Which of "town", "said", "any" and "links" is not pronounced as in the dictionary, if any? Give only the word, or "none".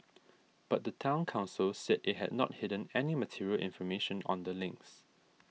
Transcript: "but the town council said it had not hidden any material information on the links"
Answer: none